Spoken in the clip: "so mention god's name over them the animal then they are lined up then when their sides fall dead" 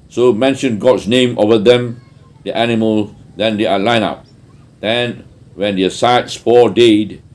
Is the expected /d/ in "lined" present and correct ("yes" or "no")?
no